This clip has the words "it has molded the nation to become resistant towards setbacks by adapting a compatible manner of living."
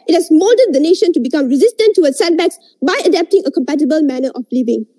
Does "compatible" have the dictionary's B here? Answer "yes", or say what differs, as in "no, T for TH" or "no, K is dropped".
yes